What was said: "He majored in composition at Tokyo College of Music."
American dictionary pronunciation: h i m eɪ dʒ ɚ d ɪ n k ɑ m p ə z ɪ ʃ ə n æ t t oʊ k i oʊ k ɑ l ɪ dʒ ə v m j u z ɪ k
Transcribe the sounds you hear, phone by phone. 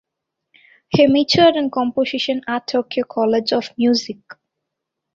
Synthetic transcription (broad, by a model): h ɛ m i tʃ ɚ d ɪ n k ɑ m p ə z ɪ ʃ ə n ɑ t t oʊ k i oʊ k ɑ l ɪ dʒ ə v m j u z ɪ k